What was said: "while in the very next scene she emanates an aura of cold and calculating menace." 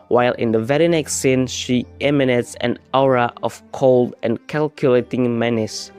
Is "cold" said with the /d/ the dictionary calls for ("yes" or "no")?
yes